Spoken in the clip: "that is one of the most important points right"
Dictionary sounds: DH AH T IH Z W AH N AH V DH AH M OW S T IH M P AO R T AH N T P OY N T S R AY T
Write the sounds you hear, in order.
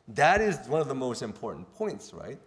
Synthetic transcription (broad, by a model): DH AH T IH Z W AH N AH V DH AH M OW S T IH M P AO R T N P OY N T S R AY T